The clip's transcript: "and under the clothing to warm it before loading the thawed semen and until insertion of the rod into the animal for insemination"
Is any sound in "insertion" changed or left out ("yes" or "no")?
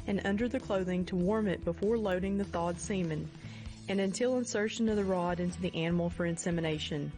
no